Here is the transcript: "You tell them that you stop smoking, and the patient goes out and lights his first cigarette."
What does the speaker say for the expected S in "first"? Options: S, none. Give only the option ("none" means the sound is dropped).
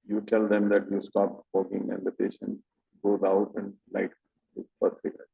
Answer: none